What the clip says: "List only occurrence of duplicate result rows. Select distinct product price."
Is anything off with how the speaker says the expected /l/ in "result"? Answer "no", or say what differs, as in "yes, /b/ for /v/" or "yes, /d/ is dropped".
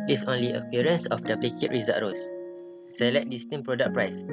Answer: yes, /l/ is dropped